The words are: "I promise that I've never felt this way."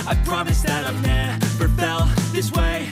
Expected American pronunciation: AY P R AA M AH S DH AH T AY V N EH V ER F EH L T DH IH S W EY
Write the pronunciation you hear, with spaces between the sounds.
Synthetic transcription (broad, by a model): AY P R AA M AH S DH AH T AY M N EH P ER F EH L DH IH S W EY